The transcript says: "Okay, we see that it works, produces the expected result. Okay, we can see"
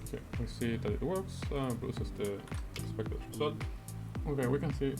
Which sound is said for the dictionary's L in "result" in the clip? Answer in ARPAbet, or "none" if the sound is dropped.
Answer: none